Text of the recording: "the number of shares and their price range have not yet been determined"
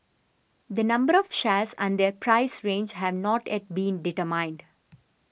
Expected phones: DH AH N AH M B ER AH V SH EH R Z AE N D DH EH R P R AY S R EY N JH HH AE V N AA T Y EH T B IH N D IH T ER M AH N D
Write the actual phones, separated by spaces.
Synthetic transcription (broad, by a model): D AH N AH M B ER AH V SH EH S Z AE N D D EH R P R AY S R EY N JH HH AE V N AA T Y EH T B IH N D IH T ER M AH N D